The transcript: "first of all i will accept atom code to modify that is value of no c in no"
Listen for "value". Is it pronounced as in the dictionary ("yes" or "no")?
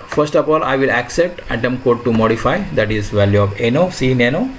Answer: yes